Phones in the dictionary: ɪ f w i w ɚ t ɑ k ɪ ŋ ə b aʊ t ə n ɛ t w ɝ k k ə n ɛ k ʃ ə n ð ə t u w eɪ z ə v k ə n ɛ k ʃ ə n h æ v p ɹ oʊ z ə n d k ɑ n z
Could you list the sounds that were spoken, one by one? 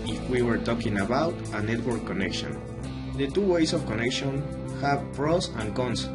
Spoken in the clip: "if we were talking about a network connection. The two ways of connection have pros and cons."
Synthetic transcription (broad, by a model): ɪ f w i w ɚ t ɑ k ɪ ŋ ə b aʊ t ə n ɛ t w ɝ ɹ k ə n ɛ k ʃ ə n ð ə t u w eɪ s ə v k ə n ɛ k ʃ ə n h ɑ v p ɹ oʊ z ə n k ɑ n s